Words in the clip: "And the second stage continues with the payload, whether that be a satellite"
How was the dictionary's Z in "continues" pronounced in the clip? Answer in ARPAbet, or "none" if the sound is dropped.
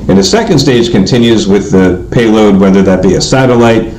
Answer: Z